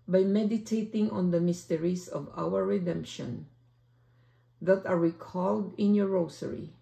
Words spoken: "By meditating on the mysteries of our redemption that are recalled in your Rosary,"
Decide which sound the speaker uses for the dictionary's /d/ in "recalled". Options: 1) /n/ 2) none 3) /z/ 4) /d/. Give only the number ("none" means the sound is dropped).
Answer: 4